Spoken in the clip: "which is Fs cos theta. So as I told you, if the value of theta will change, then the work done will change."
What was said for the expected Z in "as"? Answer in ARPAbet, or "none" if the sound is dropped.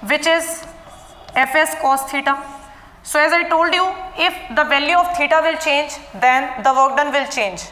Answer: Z